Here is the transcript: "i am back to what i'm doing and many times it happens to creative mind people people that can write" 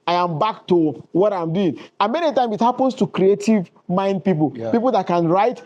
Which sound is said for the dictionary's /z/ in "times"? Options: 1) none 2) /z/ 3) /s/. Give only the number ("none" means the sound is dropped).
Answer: 1